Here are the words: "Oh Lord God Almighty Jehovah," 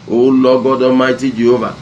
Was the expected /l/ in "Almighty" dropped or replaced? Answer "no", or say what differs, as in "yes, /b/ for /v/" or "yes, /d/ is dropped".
yes, /l/ is dropped